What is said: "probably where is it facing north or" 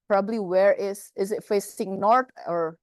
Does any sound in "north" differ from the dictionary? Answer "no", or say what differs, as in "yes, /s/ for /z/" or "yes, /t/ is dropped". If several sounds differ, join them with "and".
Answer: yes, /t/ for /θ/